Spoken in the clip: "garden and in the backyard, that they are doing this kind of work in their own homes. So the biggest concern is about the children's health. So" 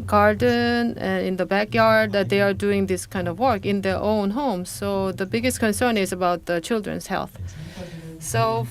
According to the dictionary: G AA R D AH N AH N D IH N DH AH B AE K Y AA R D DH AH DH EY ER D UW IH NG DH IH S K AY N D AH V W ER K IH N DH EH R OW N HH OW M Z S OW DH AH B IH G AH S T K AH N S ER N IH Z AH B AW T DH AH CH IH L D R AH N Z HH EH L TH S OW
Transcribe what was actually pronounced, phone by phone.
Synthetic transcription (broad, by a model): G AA R D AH N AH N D IH N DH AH B AE K Y AA R D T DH EY ER D UW IH NG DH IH S K AY N D AH V W ER K IH N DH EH R OW N HH OW M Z S OW DH AH B IH G AH S T K AH N S ER N IH Z AH B AW T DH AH CH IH L D R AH N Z HH EH L TH S OW